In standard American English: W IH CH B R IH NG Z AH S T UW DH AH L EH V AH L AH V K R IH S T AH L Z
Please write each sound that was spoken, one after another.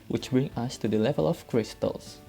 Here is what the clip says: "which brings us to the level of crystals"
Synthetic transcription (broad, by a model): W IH CH B R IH NG AH S T UW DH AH L EH V AH L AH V K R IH S T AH L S